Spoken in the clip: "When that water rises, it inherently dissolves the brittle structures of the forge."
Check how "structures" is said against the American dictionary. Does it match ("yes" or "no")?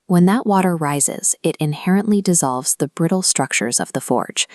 yes